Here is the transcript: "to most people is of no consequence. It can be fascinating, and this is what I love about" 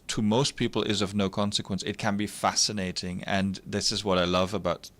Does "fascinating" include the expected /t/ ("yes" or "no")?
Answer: yes